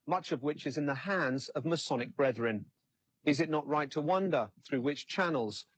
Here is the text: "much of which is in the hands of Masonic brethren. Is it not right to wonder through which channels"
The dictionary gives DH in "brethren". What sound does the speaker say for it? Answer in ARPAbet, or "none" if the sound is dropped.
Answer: DH